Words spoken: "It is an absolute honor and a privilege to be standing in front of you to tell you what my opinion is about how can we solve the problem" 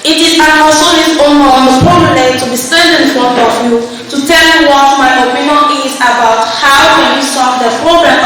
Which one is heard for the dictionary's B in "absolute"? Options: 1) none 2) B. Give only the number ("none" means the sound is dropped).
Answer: 1